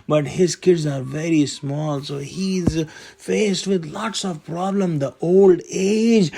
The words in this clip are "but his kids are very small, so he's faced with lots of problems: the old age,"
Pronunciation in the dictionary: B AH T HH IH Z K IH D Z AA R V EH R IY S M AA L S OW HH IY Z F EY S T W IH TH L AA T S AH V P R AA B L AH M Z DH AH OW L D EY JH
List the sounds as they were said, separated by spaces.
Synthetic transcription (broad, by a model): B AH T HH IH Z K IH D Z AA R V EH R IY S M AA L S OW HH IY Z F EY S T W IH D L AA T S AH V P R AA B L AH M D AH OW L D EY JH